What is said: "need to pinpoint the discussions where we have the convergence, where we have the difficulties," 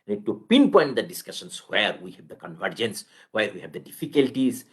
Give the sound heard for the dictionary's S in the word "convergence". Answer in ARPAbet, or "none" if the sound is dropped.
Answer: S